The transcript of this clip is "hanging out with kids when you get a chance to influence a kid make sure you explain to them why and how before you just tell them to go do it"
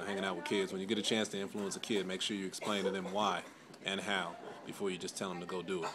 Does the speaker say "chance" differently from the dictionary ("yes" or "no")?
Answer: no